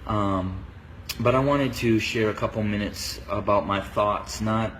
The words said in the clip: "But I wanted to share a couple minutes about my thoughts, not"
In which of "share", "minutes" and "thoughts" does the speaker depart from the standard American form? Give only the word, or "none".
none